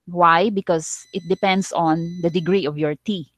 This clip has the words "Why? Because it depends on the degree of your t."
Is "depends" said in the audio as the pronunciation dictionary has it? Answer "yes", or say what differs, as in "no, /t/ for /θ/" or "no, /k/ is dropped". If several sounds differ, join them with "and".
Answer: no, /s/ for /z/